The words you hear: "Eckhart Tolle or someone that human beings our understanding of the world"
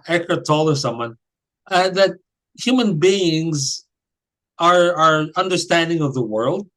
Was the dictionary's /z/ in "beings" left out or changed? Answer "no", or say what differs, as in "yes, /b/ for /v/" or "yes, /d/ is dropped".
no